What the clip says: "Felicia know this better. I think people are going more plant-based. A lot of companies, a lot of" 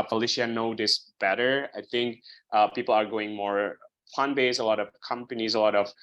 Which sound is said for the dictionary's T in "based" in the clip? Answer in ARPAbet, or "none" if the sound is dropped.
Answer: none